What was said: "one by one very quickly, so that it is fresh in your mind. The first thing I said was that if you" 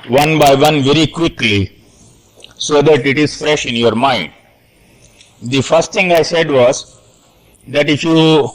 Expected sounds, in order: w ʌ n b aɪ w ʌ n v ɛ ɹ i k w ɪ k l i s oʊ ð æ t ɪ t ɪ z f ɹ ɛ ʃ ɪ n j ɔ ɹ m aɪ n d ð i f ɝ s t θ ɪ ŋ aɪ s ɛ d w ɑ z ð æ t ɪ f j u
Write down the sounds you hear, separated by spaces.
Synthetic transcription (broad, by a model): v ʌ n b aɪ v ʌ n v ɛ ɹ i k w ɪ k l i s oʊ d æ t ɪ t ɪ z f ɹ ɛ ʃ ɪ n j ɔ ɹ m aɪ n d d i f ɝ s t t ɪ ŋ aɪ s ɛ d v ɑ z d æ t ɪ f j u